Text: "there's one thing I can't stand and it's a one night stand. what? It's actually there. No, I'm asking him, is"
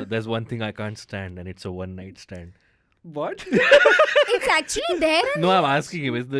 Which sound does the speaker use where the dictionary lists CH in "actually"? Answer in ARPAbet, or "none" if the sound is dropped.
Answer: CH